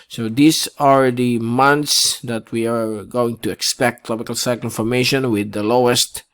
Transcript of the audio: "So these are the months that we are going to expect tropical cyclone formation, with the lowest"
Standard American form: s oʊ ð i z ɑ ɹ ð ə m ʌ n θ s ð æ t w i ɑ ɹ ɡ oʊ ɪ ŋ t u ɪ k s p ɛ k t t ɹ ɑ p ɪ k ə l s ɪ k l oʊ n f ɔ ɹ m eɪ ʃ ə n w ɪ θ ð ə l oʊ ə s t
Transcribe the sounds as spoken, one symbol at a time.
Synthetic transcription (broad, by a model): s oʊ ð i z ɑ ɹ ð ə m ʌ n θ s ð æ t w i ɑ ɹ ɡ oʊ ɪ ŋ t u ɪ k s p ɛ k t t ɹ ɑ b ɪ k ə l s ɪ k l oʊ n f ɔ ɹ m eɪ ʃ ə n w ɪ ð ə l oʊ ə s t